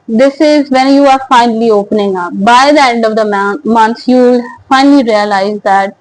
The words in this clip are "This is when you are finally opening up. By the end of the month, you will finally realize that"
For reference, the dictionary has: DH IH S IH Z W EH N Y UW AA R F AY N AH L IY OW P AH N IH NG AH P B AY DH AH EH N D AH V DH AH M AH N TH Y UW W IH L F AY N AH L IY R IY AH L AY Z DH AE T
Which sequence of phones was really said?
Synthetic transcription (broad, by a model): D IH S IH Z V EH N Y UW AA R F AY N AH L IY OW P AH N IH NG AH B AY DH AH EH N D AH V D AH M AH N S Y UW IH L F AY N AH L IY R IY AH L AY Z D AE T